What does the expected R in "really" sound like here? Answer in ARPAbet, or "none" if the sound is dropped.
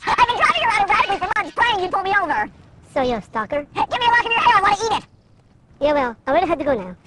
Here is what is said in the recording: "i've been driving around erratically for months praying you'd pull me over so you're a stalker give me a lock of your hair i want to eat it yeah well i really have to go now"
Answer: W